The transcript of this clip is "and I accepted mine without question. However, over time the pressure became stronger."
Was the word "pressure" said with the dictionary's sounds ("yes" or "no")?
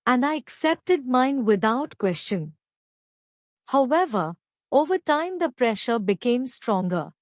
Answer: yes